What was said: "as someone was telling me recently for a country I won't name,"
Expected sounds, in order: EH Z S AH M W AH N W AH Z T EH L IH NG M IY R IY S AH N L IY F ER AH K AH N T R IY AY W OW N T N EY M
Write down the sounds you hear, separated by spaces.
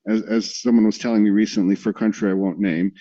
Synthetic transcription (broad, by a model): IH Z S AH M W AH N W AH Z T EH L IH NG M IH R IY S AH N L IY F ER AH K AH N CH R IY AY W OW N N EY M